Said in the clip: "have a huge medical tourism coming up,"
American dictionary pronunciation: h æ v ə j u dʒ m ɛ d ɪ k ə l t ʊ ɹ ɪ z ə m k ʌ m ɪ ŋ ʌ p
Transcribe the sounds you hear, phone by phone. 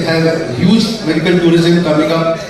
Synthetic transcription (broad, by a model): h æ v j u z m ɛ d ɪ k ə l t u ɹ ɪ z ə m k ʌ m ɪ ŋ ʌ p